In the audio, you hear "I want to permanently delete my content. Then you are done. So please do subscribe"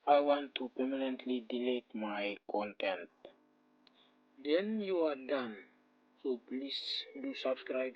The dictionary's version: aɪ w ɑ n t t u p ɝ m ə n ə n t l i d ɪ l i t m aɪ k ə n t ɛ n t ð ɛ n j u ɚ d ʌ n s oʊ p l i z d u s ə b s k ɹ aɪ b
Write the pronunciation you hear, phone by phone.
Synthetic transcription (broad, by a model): aɪ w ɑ n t t u p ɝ m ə n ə n t l i d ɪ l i t m aɪ k ə n t ɛ n t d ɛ n j u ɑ d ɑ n s oʊ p l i s d u s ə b s k ɹ aɪ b